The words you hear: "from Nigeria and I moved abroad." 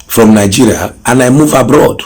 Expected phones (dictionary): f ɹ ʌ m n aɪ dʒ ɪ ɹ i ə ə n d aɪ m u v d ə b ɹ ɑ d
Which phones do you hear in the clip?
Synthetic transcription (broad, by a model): f ɹ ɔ m n aɪ dʒ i ɹ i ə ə n aɪ m u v ə b ɹ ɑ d